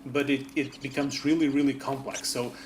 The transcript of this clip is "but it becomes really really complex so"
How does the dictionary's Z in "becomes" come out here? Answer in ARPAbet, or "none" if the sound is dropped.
Z